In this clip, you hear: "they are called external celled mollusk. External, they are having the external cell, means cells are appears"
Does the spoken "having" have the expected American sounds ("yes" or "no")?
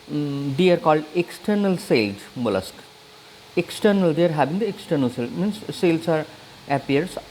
no